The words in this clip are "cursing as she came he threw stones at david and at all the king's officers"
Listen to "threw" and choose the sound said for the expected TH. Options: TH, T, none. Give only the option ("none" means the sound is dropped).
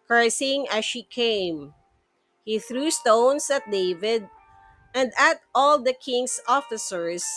TH